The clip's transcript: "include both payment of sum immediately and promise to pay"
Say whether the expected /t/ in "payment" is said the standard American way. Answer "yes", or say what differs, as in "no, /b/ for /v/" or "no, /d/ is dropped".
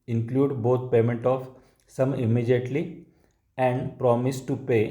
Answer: yes